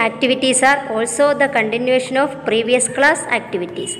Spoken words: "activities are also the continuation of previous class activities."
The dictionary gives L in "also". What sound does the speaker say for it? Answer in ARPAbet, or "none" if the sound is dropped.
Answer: L